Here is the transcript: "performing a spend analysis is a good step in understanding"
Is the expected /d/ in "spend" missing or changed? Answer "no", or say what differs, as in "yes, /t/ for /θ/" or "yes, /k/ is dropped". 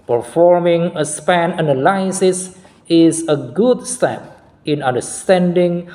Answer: yes, /d/ is dropped